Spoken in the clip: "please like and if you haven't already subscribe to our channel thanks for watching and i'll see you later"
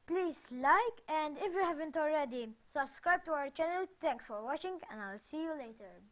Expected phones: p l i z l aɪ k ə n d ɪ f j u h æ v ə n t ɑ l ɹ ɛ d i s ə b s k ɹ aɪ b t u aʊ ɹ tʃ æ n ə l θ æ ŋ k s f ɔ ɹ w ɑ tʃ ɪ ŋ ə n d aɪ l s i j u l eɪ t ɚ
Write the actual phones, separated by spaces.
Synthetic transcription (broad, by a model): p l i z l aɪ k ə n d ɪ f j u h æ v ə n t ɑ l ɹ ɛ d i s ə b s k ɹ aɪ b t u aʊ ɹ tʃ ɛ n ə l t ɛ ŋ k s f ɔ ɹ w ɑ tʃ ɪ ŋ ə n d aɪ l s i j u l eɪ t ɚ